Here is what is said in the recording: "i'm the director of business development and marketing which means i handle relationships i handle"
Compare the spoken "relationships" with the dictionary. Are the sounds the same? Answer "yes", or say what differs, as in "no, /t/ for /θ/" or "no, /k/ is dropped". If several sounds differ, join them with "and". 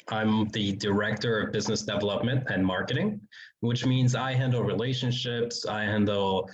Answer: yes